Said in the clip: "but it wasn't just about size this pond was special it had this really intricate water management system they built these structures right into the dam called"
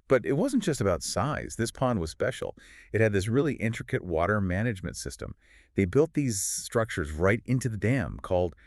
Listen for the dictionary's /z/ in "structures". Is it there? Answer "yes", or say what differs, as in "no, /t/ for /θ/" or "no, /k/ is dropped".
yes